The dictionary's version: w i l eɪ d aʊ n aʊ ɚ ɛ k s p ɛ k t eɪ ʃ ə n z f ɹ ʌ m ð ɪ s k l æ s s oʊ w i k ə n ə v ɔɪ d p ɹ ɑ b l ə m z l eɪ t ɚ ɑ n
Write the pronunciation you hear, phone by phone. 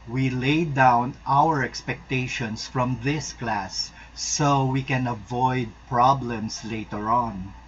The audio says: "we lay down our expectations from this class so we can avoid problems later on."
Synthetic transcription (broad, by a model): w i l eɪ d aʊ n aʊ ɚ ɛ k s p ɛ k t eɪ ʃ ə n s f ɹ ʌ m ð ɪ s k l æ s s oʊ w i k ə n ə v ɔɪ d p ɹ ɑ b l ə m s l eɪ t ɚ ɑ n